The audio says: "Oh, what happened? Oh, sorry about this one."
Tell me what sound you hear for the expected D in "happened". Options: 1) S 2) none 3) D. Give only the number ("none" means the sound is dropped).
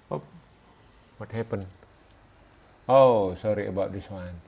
2